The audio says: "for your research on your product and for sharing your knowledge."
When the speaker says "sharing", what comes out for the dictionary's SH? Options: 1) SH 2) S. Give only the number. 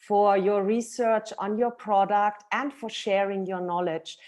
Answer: 1